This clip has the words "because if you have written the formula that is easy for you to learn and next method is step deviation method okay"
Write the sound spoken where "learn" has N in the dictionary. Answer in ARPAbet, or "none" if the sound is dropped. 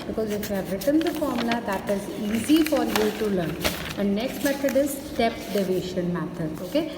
N